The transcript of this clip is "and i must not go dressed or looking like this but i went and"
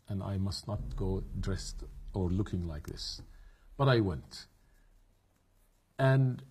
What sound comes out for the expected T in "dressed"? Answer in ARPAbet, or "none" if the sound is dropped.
T